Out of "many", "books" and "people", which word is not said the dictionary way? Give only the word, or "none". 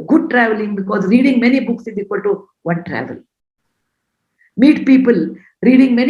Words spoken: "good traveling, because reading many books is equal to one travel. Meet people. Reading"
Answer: none